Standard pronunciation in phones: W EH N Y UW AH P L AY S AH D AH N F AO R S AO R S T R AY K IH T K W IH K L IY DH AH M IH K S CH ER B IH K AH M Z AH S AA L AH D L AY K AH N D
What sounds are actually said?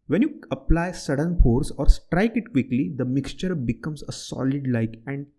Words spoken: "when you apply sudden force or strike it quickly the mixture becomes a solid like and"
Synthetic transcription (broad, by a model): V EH N Y UW AH P L AY S AH D AH N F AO R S AO R S T R AY K IH T K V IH K L IY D AH M IH K S CH ER B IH K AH M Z AH S AA L AH D L AY K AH N D